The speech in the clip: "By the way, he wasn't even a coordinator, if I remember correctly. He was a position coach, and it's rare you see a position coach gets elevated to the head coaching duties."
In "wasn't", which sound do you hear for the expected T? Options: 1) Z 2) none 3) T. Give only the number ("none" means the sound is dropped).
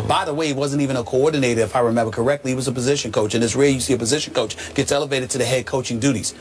3